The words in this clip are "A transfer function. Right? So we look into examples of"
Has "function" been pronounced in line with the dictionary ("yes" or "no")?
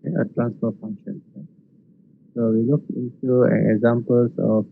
yes